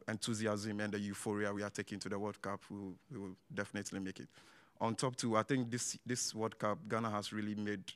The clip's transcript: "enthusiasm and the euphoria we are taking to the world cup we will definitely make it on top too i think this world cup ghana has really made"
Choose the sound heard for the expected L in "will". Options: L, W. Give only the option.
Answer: W